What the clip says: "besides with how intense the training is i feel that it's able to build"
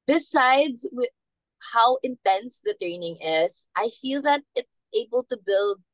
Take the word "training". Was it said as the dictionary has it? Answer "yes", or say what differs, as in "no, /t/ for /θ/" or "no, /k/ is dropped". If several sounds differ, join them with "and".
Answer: yes